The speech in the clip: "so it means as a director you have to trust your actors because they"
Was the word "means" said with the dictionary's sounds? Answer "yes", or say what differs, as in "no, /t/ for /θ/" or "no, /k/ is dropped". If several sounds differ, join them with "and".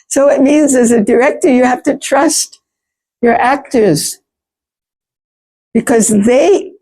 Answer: yes